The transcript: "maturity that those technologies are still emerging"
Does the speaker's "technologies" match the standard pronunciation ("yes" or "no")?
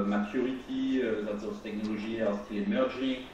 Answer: no